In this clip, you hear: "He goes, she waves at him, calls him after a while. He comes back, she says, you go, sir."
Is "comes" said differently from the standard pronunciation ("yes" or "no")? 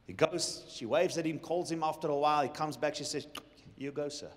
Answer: no